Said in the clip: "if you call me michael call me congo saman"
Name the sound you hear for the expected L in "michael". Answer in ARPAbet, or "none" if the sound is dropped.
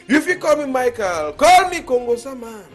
L